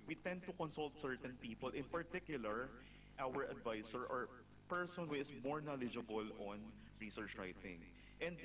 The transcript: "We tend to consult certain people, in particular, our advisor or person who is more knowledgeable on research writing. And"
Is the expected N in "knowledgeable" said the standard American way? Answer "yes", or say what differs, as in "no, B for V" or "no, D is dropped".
yes